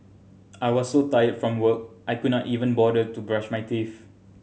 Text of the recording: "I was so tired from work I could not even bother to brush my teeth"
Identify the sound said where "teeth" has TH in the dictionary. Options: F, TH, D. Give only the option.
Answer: F